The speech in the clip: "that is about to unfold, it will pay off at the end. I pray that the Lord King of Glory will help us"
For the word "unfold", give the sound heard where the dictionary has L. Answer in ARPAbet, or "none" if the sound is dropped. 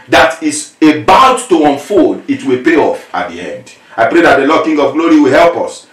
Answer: none